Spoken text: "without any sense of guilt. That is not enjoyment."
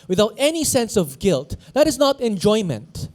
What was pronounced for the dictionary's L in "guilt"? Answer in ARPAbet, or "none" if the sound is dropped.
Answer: L